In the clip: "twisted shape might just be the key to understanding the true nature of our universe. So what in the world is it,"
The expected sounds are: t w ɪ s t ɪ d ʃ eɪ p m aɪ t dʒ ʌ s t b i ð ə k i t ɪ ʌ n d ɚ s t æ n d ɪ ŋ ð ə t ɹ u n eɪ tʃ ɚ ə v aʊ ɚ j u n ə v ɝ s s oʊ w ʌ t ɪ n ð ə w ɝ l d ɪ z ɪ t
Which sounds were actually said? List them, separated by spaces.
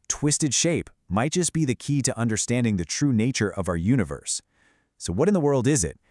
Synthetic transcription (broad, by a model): t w ɪ s t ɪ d ʃ eɪ p m aɪ t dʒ ʌ s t b i ð ə k i t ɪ ʌ n d ɚ s t æ n d ɪ ŋ ð ə t ɹ u n eɪ tʃ ɚ ə v aʊ ɚ j u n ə v ɝ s s oʊ w ʌ t ɪ n ð ə w ɝ l d ɪ z ɪ t